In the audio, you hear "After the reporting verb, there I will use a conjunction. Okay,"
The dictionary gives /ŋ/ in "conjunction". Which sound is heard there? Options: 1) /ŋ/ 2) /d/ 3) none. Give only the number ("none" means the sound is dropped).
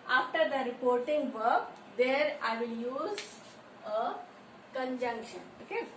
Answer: 1